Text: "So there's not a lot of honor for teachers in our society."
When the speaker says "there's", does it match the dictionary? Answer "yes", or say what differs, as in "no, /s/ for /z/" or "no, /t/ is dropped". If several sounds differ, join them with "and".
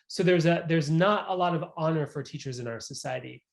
yes